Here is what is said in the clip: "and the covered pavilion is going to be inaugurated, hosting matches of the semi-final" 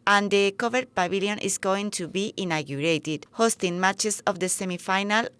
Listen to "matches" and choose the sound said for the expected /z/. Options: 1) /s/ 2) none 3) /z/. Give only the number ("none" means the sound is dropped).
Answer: 1